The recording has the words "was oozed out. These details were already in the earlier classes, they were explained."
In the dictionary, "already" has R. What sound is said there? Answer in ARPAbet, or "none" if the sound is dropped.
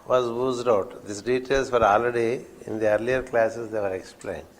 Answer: L